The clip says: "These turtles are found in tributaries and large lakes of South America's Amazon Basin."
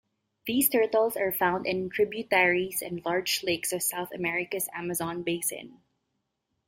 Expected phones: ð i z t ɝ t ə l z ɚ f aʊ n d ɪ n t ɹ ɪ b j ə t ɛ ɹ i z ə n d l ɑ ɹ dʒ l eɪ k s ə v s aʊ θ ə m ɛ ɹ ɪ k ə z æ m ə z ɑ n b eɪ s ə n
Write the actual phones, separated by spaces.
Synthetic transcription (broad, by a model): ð i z t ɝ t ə l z ɚ f aʊ n d ɪ n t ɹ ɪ b j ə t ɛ ɹ i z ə n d l ɑ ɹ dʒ l eɪ k s ə v s aʊ θ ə m ɛ ɹ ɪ k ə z æ m ə z ɑ n b eɪ s ə n